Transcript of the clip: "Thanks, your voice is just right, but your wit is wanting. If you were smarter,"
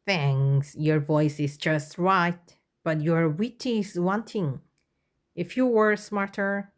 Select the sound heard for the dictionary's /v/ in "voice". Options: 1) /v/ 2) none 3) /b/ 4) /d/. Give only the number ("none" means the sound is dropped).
1